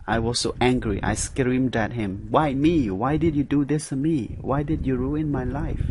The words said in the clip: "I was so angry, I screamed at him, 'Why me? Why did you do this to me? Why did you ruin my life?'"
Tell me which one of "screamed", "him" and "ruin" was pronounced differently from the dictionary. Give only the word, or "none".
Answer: none